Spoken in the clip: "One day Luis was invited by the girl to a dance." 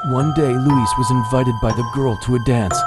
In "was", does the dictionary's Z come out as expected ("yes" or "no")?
yes